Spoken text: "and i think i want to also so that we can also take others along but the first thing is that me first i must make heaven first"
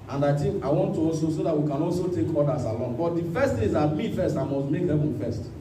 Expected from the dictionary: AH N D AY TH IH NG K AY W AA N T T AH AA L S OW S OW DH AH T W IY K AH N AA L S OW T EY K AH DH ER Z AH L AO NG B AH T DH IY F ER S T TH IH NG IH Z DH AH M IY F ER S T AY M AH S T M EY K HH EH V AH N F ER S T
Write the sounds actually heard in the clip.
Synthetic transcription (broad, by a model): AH N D AY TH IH K AY W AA N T T AH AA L S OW S OW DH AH T W IY K AH N AA L S OW T EY K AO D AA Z AH L AO NG B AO T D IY F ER S T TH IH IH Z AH M IY F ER S T AY M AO S T M EY K HH EH V AH N F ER S T